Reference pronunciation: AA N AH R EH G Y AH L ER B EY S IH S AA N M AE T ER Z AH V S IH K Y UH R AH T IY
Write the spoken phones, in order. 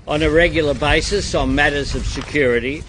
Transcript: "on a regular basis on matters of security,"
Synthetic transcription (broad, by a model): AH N AH R EH G Y L ER B EY S IH S N M AE T ER Z AH V S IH K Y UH R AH T IY